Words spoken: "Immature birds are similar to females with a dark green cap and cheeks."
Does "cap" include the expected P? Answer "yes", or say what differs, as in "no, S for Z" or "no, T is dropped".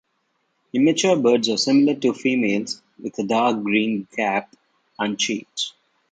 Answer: yes